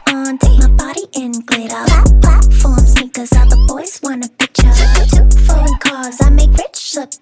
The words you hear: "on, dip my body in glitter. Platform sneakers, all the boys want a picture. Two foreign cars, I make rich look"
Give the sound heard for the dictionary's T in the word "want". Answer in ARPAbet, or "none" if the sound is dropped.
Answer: none